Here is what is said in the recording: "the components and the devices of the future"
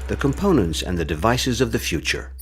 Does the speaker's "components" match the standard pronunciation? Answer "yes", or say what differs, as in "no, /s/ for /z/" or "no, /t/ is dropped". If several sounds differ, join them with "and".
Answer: yes